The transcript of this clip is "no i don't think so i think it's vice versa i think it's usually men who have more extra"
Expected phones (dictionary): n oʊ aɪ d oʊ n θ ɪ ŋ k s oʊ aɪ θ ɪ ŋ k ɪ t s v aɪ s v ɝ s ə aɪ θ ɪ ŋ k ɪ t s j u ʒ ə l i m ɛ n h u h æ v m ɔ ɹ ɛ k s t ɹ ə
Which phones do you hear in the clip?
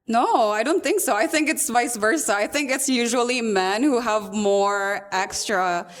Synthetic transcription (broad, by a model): n oʊ aɪ d oʊ n θ ɪ ŋ k s oʊ aɪ θ ɪ ŋ k ɪ t s v aɪ s v ɝ s ə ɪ θ ɪ ŋ k ɪ t s j u ʒ ə l i m ɛ n h u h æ v m ɔ ɹ ɛ k s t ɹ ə